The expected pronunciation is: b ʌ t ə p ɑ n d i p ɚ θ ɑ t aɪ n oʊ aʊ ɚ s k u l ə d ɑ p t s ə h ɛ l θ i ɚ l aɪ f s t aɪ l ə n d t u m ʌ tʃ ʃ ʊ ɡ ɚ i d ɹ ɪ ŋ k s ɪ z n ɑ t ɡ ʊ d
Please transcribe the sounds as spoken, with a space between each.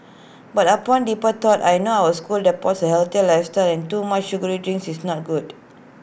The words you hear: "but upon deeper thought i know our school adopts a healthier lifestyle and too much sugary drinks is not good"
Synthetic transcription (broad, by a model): b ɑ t ə p ɑ n d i p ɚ t ɑ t aɪ n oʊ aʊ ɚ s k u l d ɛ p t s ə h ɛ l t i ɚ l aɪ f s t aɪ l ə n t u m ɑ tʃ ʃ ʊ ɡ ɚ i d ɹ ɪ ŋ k s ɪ s n ɑ t ɡ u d